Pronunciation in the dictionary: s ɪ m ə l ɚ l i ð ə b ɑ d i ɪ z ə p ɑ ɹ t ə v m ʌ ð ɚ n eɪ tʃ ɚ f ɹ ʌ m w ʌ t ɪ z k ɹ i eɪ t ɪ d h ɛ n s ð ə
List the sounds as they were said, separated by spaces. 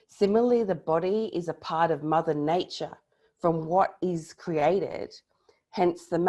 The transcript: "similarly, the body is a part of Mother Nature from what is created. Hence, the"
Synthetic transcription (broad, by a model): s ɪ m l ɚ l i ð ə b ɑ d i ɪ z ə p ɑ ɹ t ə v m ʌ ð ɚ n eɪ tʃ ɚ f ɹ ʌ m w ʌ t ɪ z k ɹ i eɪ t ɪ d h ɛ n s ð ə